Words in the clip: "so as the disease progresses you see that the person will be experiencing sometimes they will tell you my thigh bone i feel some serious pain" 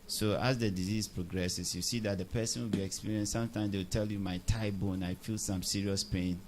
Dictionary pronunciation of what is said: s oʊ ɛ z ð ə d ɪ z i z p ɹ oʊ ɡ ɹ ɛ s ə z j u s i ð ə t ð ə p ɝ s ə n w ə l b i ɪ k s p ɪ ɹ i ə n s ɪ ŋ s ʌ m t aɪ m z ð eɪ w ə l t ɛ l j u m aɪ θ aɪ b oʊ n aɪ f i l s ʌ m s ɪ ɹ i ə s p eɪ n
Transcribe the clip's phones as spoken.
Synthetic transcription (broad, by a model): s oʊ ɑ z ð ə d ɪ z i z p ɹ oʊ ɡ ɹ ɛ s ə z j u s i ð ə t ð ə p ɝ s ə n w ə l b i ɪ k s p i ɹ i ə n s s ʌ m t aɪ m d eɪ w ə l t ɛ l j u m aɪ t aɪ b oʊ n aɪ f i l s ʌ m s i ɹ i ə s p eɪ n